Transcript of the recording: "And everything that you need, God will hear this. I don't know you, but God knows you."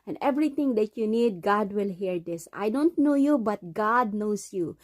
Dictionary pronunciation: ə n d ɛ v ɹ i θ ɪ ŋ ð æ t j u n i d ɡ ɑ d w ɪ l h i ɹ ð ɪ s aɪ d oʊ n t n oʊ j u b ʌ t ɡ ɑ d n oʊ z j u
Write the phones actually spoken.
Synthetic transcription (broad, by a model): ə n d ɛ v ɹ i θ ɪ ŋ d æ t j u n i d ɡ ɑ d w ɪ l h i ɹ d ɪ s aɪ d oʊ n t n oʊ j u b ʌ t ɡ ɑ d n oʊ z j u